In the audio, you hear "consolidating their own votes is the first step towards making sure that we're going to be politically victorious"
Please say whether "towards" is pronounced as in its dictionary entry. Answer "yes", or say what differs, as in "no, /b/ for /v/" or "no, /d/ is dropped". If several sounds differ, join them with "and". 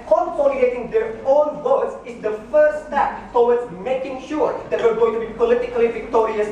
no, /w/ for /ɹ/